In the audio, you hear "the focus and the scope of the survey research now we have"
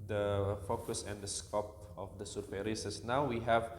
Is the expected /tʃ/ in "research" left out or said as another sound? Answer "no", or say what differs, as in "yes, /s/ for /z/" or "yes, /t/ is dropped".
yes, /s/ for /tʃ/